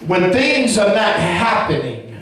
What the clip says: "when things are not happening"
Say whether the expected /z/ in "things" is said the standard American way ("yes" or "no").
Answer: yes